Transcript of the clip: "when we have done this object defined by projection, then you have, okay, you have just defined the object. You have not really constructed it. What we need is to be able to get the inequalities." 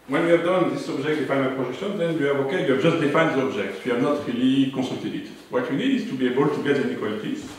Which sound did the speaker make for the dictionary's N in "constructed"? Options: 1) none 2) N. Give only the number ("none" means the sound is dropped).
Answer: 1